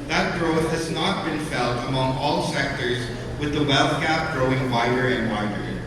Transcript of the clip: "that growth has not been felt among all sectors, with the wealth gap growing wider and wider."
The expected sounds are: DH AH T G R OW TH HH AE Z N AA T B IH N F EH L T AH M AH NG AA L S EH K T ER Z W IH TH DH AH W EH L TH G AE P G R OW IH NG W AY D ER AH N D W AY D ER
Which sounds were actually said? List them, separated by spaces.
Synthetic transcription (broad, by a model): DH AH T G R OW TH HH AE Z N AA T B IH N F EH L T AH M AH NG AA L S EH K T ER Z W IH DH AH W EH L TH G AE P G R OW IH NG W AY D ER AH N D W AY D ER